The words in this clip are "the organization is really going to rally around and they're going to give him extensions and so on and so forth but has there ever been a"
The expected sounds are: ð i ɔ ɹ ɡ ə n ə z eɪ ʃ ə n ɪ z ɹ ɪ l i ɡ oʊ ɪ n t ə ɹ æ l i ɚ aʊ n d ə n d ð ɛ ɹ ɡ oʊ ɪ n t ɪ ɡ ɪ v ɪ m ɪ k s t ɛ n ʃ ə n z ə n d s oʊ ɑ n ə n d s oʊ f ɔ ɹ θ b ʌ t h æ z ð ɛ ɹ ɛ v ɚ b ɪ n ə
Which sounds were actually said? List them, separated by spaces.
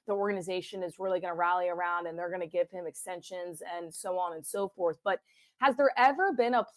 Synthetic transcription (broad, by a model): ð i ɔ ɹ ɡ ə n ə z eɪ ʃ ə n ɪ z ɹ ɪ l i ɡ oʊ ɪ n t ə ɹ æ l i ɚ aʊ n d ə n ð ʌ ɹ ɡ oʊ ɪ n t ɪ ɡ ɪ v ɪ m ɪ k s t ɛ n ʃ ə n z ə n s oʊ ɑ n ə n s oʊ f ɔ ɹ θ b ʌ t h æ z ð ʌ ɹ ɛ v ɚ b ɪ n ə